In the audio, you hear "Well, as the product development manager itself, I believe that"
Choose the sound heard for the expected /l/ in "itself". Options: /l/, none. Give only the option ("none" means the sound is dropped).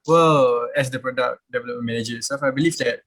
none